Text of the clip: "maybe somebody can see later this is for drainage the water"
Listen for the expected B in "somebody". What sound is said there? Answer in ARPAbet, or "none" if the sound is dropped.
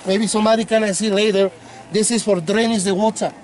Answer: none